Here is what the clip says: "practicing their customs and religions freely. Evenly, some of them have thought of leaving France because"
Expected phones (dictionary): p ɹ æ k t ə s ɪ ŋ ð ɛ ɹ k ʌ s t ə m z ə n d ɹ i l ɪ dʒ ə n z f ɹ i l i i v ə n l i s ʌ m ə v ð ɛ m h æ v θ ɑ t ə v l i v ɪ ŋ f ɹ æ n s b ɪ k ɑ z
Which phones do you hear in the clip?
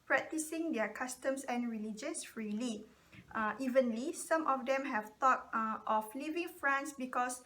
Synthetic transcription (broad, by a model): p ɹ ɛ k t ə s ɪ ŋ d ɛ k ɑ s t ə m s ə n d ɹ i l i dʒ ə n s f ɹ i l i i v ə n l i s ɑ m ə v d ɛ m h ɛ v t ɑ t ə f l i v ɪ ŋ f ɹ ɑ n s b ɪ k ɑ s